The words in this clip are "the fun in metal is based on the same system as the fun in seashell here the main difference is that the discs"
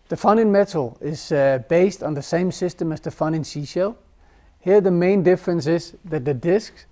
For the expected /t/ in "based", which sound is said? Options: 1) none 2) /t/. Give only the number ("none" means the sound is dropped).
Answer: 2